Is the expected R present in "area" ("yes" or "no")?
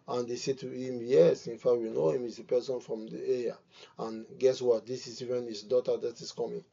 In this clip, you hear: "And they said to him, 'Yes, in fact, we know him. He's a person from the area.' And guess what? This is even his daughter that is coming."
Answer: no